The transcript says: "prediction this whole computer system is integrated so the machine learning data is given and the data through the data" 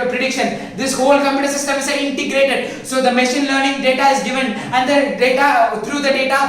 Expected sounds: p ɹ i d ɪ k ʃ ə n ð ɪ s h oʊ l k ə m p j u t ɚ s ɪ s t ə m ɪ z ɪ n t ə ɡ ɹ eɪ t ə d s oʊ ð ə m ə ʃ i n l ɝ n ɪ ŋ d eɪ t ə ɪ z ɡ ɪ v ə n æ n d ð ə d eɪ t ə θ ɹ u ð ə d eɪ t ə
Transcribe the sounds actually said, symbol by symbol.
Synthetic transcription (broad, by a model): p ɹ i d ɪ k ʃ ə n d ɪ s h oʊ l k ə m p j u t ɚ s ɪ s t ə m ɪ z ɪ n t ə ɡ ɹ eɪ t ə d s oʊ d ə m ə ʃ i n l ɝ n ɪ ŋ d eɪ t ə ɪ z ɡ ɪ v ə n æ n d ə d eɪ t ə t ɹ u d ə d eɪ t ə